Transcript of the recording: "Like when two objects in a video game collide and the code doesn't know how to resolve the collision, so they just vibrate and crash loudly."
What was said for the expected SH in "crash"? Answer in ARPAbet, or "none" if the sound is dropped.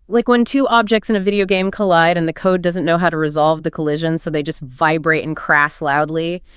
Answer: S